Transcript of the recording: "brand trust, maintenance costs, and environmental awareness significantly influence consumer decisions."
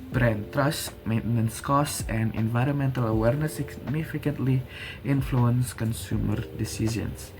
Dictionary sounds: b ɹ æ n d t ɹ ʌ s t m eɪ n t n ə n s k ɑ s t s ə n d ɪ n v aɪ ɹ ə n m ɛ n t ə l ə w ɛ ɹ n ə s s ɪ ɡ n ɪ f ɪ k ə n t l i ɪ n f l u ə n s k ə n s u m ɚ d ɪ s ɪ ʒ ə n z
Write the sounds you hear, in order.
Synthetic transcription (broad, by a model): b ɹ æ n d t ɹ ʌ s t m eɪ n t n ə n s k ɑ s s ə n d ɪ n v aɪ ɹ ə n m ɛ n t ə l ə w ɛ ɹ n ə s s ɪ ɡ n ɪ f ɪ k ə n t l i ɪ n f l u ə n s k ə n s u m ɚ d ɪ s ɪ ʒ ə n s